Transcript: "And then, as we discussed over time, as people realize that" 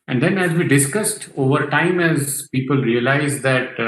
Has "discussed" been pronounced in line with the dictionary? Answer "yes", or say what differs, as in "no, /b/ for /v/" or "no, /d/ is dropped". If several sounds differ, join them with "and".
yes